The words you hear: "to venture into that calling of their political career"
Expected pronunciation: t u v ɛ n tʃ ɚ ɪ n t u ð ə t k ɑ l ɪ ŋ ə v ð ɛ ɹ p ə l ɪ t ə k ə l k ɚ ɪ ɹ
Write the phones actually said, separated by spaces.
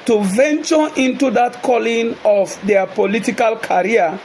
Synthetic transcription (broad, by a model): t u v ɛ n tʃ ɚ ɪ n t u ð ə t k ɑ l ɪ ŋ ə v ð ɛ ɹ p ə l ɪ t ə k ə l k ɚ ɹ